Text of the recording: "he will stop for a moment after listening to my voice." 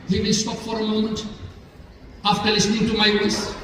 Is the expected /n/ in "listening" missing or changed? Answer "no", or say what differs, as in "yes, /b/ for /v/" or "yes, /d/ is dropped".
no